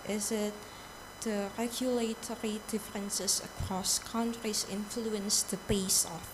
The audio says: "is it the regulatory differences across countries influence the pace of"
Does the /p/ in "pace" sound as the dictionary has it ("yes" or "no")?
no